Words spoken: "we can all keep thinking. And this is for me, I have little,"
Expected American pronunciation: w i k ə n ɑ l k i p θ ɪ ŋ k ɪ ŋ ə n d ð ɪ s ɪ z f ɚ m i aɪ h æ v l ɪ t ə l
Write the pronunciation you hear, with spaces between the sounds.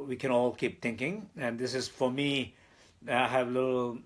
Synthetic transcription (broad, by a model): w i k ə n ɑ l k i p t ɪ ŋ k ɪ ŋ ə n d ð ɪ s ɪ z f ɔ m i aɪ h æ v l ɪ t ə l